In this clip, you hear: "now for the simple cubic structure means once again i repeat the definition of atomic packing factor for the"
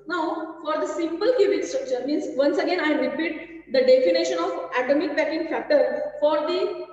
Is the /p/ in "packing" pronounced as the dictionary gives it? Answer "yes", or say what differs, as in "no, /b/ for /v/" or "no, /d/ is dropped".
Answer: no, /b/ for /p/